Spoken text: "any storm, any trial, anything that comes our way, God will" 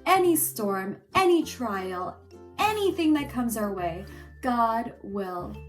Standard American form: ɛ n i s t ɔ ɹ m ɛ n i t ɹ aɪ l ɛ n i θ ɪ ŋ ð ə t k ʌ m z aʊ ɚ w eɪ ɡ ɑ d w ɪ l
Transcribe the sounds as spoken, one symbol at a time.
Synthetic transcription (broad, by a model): ɛ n i s t ɔ ɹ m ɛ n i t ɹ aɪ l ɛ n i θ ɪ ŋ ð ə t k ʌ m z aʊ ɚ w eɪ ɡ ɑ d w ɪ l